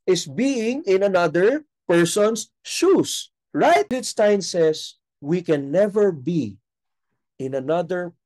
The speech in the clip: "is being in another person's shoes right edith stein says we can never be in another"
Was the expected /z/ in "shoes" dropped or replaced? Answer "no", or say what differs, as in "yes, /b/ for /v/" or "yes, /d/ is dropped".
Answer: yes, /s/ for /z/